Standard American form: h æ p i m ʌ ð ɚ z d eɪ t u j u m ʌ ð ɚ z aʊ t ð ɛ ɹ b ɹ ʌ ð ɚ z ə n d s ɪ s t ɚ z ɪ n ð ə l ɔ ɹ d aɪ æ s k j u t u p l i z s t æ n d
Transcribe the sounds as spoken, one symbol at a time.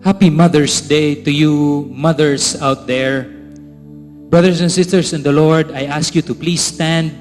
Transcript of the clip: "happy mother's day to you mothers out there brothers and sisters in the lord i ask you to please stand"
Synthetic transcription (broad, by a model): h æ p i m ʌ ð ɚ s d eɪ t u j u m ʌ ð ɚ s aʊ t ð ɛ ɹ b ɹ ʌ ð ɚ s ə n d s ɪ s t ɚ s ɪ n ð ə l ɔ ɹ d aɪ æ s k j u t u p l i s t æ n d